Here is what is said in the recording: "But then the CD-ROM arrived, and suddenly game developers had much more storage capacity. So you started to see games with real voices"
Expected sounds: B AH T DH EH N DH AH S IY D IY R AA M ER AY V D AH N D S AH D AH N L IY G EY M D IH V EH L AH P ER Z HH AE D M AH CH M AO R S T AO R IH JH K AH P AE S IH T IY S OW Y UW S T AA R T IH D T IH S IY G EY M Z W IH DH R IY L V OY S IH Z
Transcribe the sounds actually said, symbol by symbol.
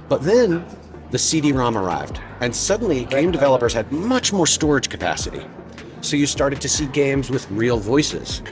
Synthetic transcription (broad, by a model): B AH T DH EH N DH AH S IY D IY R AA M ER AY V D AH N S AH D N L IY G EY M D IH V EH L AH P ER Z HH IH D M AH CH M AO R S T AO R IH JH K AH P AE S IH T IY S OW Y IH S T AA R T IH D T IH S IY G EY M Z W IH DH R IY L V OY S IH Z